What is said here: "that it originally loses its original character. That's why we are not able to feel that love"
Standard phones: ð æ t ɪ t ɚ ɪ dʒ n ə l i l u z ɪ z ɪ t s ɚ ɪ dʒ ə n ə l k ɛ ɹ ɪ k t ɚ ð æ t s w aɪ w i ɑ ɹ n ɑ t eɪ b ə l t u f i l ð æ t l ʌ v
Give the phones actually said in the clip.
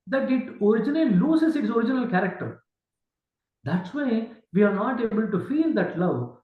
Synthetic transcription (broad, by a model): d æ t ɪ t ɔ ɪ dʒ ə n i l u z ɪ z ɪ t s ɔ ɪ dʒ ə n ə l k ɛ ɹ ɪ k t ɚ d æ t s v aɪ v i ɑ ɹ n ɑ t eɪ b ə l t u f i l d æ t l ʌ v